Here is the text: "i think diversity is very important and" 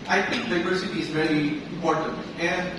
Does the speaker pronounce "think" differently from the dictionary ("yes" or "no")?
yes